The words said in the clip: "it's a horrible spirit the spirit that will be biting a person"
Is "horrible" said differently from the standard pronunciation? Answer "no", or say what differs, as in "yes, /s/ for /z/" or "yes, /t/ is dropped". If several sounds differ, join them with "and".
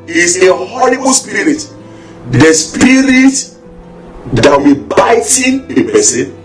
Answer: yes, /l/ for /ɹ/